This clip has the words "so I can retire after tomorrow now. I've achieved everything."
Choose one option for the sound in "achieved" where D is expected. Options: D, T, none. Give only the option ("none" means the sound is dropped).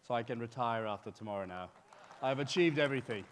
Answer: D